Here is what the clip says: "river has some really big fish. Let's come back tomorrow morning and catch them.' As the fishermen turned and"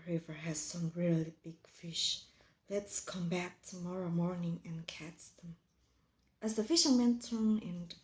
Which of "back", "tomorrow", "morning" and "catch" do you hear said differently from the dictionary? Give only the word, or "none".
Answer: catch